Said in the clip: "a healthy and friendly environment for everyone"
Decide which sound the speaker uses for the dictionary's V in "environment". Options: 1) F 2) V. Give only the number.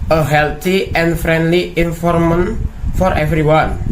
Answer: 1